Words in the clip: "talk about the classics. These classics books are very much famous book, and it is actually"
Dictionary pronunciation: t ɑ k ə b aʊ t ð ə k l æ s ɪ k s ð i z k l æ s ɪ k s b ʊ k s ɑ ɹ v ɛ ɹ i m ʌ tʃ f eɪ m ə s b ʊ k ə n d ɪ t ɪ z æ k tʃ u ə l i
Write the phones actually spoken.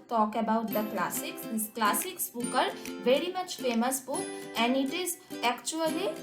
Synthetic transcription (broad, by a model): t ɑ k ə b aʊ t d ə k l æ s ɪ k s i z k l æ s ɪ k s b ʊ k ʌ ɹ v ɛ ɹ i m ʌ tʃ f eɪ m ə s b ʊ k ə n d ɪ t ɪ z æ k tʃ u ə l i